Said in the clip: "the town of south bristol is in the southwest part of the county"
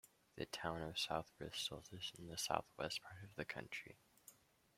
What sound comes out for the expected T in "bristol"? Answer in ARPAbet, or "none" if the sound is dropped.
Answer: S